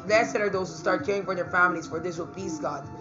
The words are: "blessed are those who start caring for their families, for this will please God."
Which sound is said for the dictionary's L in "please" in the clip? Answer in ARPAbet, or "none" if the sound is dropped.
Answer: none